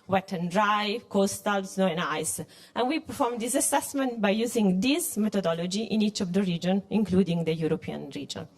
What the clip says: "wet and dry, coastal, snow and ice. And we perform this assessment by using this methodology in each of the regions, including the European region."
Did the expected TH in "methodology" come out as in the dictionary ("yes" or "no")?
no